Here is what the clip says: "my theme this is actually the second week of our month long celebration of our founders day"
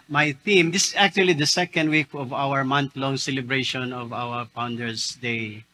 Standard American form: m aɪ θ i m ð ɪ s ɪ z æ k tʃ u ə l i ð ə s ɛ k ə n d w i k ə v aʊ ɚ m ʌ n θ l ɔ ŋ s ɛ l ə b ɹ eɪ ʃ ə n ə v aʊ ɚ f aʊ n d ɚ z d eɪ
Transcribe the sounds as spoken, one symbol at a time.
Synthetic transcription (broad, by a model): m aɪ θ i m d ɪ s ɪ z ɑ k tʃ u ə l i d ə s ɛ k ə n d w i k ə v aʊ ɚ m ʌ n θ l ɔ ŋ s ɛ l ə b ɹ eɪ ʃ ə n ə v aʊ ɚ p aʊ n d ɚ s d eɪ